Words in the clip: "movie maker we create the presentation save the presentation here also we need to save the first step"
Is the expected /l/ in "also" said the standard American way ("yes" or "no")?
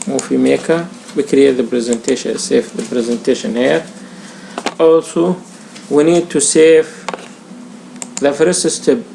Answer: yes